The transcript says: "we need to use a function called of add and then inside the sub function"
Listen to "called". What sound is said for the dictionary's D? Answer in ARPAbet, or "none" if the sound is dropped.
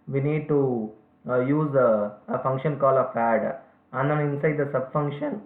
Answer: none